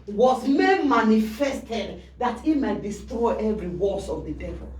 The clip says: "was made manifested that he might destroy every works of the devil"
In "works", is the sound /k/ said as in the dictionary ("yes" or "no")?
no